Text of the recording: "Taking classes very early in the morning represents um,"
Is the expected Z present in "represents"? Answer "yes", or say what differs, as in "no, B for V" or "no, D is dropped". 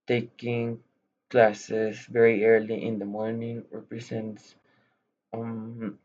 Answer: no, S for Z